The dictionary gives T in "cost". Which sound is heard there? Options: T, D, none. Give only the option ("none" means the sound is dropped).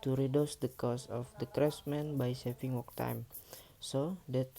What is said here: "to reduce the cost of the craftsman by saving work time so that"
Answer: none